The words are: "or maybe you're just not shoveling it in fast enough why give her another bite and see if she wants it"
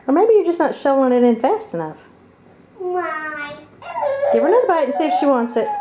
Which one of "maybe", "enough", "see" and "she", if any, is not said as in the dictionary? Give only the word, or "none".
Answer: none